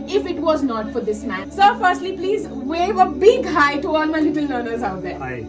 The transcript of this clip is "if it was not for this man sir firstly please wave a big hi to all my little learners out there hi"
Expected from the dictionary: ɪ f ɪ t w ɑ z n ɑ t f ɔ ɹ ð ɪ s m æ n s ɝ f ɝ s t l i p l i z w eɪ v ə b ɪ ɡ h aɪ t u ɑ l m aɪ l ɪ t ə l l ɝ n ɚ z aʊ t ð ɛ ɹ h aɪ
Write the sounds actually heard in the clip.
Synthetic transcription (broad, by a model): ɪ f ɪ t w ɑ z n ɑ t f ɔ ɹ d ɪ s m æ n s ɝ f ɝ s t l i p l i z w eɪ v ə b ɪ ɡ h aɪ t u ɑ l m aɪ l ɪ t ə l n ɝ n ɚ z aʊ t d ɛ ɹ